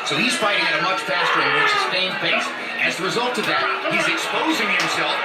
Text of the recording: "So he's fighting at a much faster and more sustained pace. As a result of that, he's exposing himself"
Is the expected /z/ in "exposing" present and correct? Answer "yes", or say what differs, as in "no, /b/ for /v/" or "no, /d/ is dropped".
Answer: yes